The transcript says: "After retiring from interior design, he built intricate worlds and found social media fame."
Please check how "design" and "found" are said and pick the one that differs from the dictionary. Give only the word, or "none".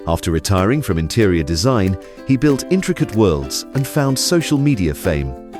none